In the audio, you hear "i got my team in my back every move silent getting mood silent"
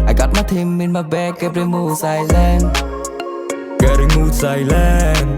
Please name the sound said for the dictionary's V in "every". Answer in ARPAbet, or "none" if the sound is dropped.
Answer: P